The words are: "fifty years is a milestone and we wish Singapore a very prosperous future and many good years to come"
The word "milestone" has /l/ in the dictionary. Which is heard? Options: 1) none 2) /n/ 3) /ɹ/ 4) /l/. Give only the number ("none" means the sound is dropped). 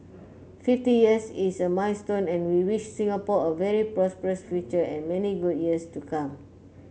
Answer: 2